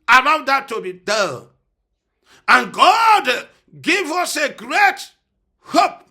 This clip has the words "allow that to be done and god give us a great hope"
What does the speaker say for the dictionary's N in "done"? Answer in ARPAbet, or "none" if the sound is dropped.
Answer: L